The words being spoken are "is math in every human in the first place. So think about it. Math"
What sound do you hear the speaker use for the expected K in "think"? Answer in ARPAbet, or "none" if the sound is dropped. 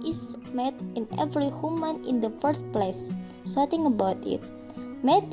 none